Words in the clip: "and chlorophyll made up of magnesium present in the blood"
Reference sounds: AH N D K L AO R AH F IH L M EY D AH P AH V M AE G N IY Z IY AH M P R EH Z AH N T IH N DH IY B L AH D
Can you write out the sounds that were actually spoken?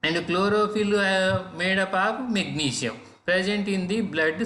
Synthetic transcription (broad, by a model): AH N D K L AO R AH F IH L M EY D AH P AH P M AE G N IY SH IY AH M P R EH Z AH N T IH N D IY B L AH D